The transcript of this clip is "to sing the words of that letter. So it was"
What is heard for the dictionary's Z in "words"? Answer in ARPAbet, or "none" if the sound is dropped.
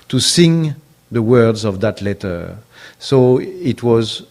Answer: Z